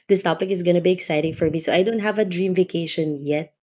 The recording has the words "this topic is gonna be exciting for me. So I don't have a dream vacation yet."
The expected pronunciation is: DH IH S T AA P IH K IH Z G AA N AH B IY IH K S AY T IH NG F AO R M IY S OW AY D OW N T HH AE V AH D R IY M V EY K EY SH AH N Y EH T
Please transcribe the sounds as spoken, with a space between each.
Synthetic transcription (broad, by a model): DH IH S T AA P IH K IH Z G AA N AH B IY IH K S AY T IH NG F AO R M IY S OW AY D OW N T HH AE V AH D R IY M V EY K EY SH AH N Y EH T